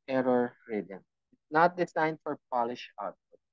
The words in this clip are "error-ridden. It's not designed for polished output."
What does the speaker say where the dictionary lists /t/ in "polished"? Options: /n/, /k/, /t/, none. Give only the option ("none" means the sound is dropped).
none